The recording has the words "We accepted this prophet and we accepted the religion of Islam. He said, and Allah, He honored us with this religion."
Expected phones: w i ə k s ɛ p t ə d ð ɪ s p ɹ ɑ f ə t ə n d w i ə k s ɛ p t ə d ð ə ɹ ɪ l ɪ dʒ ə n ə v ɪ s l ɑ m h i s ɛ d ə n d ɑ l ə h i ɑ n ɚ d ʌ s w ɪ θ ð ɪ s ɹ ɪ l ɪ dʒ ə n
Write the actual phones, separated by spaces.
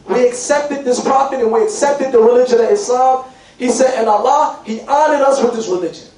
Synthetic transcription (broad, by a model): w i ə k s ɛ p t ə d ð ɪ s p ɑ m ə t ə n w i ə k s ɛ p t ə d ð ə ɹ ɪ l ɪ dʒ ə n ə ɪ s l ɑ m h i s ɛ d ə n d ɑ l ə h i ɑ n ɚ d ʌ s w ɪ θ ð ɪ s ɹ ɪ l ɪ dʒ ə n